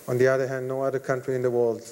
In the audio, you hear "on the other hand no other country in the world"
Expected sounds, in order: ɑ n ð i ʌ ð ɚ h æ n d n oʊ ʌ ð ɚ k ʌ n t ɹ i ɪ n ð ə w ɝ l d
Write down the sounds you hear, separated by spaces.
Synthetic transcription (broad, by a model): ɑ n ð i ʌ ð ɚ h æ n d n oʊ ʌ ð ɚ k ʌ n t ɹ i ɪ n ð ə w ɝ l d